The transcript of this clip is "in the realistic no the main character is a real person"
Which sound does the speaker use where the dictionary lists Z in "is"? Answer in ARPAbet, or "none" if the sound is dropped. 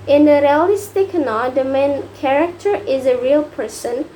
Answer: Z